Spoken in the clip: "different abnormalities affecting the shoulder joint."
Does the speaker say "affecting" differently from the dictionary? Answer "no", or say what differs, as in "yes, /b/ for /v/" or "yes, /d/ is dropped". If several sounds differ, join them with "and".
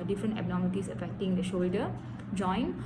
no